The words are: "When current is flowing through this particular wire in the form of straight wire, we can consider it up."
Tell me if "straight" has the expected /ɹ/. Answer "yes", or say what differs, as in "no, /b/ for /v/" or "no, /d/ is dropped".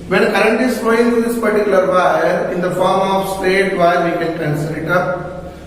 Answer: no, /ɹ/ is dropped